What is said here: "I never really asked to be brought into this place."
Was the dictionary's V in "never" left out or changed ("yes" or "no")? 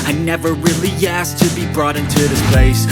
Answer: no